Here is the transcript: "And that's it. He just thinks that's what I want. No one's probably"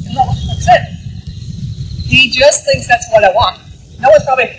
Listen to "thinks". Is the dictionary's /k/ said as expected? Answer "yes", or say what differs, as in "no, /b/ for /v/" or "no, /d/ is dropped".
yes